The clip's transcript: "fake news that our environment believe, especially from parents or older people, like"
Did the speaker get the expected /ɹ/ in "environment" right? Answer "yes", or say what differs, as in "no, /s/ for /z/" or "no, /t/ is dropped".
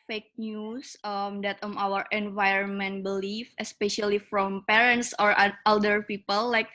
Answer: yes